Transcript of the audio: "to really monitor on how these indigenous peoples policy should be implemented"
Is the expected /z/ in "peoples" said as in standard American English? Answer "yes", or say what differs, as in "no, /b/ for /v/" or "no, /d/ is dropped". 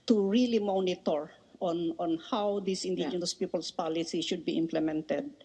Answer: no, /s/ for /z/